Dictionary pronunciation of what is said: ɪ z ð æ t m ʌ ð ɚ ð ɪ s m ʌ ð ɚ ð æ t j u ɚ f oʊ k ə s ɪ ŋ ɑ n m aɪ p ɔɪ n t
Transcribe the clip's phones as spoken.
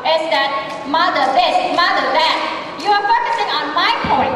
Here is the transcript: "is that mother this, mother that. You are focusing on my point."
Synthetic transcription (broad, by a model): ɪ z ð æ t m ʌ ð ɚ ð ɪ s m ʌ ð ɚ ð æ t j u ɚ p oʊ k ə s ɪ ŋ ɑ n m aɪ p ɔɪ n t